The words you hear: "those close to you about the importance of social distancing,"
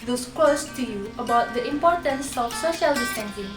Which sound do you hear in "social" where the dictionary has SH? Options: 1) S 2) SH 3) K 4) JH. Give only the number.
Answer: 2